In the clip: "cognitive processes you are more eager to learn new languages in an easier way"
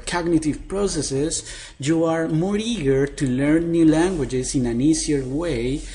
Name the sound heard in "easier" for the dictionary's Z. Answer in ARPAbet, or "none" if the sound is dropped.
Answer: S